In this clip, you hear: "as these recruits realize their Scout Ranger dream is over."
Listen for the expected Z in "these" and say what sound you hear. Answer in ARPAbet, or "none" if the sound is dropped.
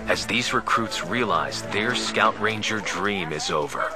Z